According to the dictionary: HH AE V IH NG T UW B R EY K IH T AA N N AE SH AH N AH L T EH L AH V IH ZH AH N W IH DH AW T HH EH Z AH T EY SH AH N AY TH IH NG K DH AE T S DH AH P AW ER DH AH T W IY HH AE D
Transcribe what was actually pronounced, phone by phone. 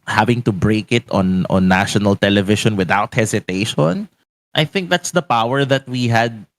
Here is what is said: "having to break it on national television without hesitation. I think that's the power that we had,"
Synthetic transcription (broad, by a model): HH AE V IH NG T UW B R EY K IH T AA N N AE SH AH N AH L T EH L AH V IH SH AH N W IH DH AW T HH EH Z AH T EY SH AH N AY TH IH NG K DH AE T S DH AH P AW ER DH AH T W IY HH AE D